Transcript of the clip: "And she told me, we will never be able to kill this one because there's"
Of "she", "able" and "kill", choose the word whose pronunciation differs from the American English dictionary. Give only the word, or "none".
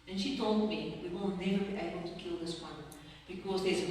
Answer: none